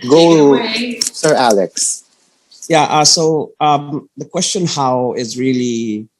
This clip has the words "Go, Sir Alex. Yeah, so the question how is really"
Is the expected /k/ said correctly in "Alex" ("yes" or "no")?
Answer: yes